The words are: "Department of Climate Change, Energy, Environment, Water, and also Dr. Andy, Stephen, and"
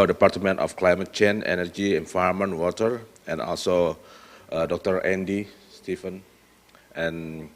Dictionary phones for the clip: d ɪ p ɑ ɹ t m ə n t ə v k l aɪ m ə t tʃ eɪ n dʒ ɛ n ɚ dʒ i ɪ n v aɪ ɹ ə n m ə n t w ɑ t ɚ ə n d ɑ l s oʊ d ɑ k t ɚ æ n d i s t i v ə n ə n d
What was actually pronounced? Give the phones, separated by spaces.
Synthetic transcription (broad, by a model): d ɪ p ɑ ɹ t m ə n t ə f k l aɪ m ə t tʃ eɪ n ɛ n ɚ dʒ i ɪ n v aɪ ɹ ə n m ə n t w ɑ t ɚ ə n ɑ l s oʊ d ɑ k t ɚ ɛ n d i s t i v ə n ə n